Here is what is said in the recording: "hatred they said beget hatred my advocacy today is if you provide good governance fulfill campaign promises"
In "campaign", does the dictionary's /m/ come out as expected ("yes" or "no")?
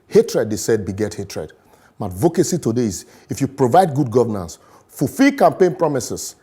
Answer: yes